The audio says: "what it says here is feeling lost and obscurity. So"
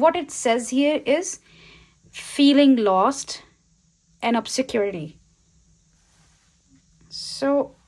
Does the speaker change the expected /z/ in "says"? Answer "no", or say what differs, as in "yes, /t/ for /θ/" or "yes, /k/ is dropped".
no